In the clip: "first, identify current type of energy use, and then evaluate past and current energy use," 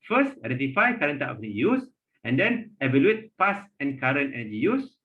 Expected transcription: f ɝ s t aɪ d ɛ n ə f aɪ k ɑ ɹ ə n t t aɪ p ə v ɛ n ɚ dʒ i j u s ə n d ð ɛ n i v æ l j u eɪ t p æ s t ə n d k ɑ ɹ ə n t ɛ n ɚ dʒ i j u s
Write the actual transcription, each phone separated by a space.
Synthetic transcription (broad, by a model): f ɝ s t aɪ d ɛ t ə f aɪ k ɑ ɹ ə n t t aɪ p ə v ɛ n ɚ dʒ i j u s ə n d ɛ n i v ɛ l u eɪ t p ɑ s ə n k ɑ ɹ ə n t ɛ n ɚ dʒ i j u s